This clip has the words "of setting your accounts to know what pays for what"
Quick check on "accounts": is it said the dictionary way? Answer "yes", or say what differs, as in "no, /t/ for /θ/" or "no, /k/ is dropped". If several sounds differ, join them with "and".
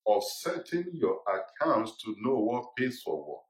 yes